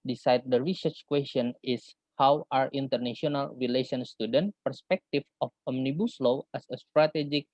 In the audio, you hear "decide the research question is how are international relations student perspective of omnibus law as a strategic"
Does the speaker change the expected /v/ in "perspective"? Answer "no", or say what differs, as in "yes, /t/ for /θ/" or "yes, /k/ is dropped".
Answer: yes, /f/ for /v/